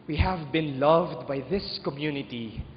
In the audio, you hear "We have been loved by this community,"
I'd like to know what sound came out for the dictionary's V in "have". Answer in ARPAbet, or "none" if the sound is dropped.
V